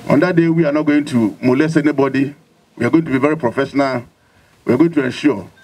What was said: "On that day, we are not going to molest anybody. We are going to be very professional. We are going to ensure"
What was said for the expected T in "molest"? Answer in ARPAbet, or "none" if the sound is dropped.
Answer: none